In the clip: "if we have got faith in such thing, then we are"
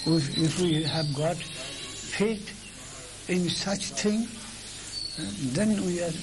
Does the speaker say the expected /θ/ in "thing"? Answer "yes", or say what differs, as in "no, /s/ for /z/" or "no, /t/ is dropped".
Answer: no, /t/ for /θ/